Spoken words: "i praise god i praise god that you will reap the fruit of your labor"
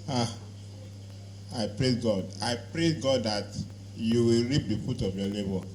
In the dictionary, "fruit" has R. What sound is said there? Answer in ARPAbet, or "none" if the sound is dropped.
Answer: none